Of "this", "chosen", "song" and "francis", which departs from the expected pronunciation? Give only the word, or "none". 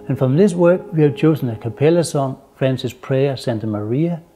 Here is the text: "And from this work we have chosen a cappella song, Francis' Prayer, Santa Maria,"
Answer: chosen